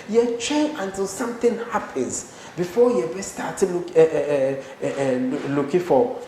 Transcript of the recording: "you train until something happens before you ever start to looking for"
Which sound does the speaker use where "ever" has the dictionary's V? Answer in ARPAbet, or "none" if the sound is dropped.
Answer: B